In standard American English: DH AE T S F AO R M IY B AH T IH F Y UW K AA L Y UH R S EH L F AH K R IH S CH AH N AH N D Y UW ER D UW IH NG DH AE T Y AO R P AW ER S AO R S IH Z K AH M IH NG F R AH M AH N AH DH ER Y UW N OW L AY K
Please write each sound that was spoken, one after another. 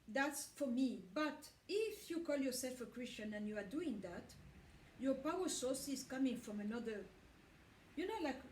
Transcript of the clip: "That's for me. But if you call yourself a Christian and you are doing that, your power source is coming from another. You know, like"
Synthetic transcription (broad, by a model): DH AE T S F AO R M IY B AH T IH F Y UW K AA L Y UH R S EH L F AH K R IH S CH AH N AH N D Y UW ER D UW IH NG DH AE T Y AO R P AW ER S AO R S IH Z K AH M IH NG F R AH M AH N AH DH ER Y UW N OW L AY K